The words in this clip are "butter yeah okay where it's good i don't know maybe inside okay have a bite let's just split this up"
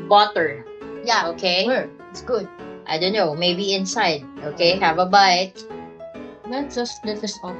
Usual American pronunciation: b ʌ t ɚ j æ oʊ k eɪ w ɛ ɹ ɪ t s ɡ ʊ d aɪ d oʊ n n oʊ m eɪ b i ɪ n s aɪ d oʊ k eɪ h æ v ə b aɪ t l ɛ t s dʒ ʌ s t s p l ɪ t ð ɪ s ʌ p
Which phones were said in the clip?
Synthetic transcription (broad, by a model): b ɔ t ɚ j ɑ oʊ k eɪ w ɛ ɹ ɪ t s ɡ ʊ d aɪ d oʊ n n oʊ m eɪ b i ɪ n s aɪ d oʊ k eɪ h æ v ə b aɪ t n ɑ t dʒ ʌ s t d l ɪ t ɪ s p